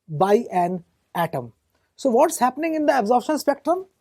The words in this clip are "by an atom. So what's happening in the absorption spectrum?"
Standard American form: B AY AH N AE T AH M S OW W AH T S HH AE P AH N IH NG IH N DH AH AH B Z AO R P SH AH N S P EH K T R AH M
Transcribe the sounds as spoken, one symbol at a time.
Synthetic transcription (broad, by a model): B AY AH N AE T AH M S OW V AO T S HH AE P AH N IH NG IH N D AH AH B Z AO R SH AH N S P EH K T R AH M